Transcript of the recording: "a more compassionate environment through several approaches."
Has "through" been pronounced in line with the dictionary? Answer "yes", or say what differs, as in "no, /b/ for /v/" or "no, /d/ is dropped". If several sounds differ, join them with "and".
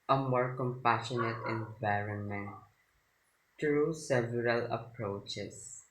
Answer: no, /t/ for /θ/